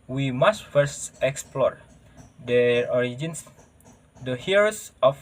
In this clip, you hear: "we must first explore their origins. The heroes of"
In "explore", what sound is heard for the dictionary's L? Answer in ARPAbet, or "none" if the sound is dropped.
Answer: L